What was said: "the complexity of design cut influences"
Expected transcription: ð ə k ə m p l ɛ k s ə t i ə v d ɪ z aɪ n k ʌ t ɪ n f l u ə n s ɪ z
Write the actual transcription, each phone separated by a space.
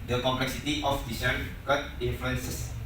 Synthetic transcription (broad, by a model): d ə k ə m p l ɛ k s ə t i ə f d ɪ s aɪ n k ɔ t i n f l u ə n s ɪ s